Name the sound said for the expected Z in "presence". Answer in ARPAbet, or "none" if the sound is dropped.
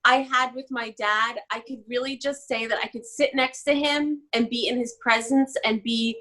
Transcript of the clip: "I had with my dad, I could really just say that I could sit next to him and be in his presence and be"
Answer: Z